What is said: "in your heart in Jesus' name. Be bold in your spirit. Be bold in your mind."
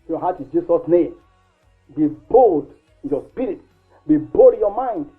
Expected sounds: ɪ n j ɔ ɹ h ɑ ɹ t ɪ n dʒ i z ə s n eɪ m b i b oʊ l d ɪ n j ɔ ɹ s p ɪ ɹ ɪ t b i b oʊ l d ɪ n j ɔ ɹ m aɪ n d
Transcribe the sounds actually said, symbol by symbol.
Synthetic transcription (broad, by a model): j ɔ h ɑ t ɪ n dʒ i s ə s n eɪ m b i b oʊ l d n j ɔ s p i ɹ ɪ t b i b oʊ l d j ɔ m aɪ n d